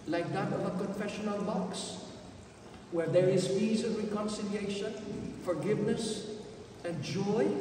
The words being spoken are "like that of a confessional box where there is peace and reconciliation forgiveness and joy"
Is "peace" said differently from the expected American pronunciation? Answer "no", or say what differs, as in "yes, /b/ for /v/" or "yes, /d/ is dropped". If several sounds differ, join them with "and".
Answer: yes, /f/ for /p/